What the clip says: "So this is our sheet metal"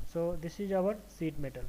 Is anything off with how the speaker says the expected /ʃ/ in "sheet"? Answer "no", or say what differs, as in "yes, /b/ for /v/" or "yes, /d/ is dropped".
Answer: yes, /s/ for /ʃ/